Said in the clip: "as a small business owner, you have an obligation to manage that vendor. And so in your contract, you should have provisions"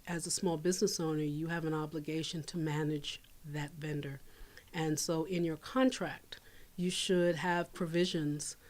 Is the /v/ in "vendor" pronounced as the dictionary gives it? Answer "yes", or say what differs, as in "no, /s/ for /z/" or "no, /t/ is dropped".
yes